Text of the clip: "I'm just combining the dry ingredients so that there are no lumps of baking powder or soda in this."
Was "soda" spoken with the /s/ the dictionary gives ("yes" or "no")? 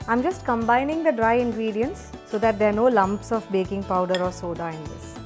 yes